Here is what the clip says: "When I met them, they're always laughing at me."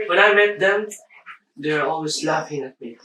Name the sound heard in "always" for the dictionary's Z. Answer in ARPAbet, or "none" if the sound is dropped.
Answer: S